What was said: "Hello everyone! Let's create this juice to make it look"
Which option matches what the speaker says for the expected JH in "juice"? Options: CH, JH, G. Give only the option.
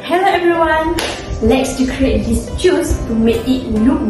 CH